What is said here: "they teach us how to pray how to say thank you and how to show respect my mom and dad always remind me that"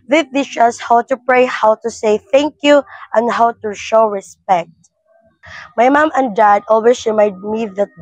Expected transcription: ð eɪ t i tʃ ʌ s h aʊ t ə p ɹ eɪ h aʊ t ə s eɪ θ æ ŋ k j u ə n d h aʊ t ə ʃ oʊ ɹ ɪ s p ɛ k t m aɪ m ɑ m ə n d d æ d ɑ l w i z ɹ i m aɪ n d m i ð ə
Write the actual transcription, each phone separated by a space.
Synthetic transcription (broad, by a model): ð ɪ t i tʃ ʌ s h aʊ t ə p ɹ eɪ h aʊ t ə s eɪ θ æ ŋ k j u ə n d h aʊ t ə ʃ oʊ ɹ ɪ s p ɛ k t m aɪ m ɑ m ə n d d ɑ d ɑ l w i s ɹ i m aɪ d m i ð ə